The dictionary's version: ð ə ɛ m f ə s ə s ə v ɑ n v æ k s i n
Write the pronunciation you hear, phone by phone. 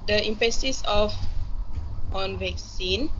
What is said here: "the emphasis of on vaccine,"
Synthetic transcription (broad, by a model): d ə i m p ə s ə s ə f ɑ n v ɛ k s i n